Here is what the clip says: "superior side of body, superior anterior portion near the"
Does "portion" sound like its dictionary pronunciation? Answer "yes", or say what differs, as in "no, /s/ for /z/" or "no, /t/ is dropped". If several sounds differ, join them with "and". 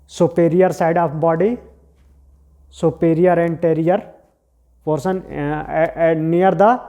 no, /s/ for /ʃ/